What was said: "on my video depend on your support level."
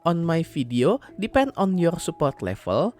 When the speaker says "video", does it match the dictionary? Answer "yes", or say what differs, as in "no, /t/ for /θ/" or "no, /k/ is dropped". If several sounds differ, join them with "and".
no, /f/ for /v/